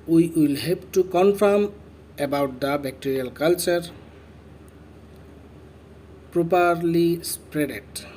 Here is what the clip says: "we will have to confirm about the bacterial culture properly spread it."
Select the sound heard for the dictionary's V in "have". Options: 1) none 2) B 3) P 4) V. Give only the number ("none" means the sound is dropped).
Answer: 3